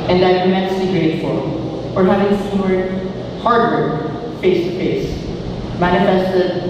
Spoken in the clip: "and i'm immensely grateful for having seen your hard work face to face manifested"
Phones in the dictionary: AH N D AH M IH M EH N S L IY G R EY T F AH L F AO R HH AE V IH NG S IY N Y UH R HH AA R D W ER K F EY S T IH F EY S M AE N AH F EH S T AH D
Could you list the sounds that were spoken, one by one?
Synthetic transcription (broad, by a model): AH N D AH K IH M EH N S IY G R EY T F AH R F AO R HH AE V IH NG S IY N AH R HH AA R D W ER F EY S T IH F EY S M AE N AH F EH S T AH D